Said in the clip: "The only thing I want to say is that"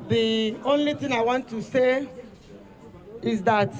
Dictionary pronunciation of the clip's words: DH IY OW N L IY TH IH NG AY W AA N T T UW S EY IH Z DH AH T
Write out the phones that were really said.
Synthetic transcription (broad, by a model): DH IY OW N L IY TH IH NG AY W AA N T T UW S EY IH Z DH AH T